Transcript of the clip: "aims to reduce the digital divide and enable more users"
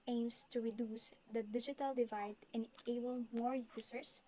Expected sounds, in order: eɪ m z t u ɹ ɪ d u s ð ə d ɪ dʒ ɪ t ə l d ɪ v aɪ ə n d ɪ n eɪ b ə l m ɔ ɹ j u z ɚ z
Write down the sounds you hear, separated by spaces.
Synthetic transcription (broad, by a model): eɪ m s t u ɹ ɪ d u s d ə d ɪ dʒ ɪ t ə l d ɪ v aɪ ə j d ɪ n eɪ b ə l m ɔ ɹ j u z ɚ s